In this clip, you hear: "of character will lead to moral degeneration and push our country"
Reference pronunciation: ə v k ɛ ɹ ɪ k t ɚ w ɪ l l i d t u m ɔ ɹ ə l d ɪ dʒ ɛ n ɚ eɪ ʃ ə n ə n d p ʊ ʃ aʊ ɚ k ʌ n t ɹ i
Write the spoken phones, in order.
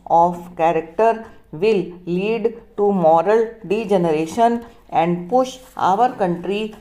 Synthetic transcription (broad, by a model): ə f k ɛ ɹ ɪ k t ɚ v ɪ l l i d t u m ɔ ɹ ə l d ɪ dʒ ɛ n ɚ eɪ ʃ ə n ə n d p ʊ ʃ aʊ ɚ k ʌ n t ɹ i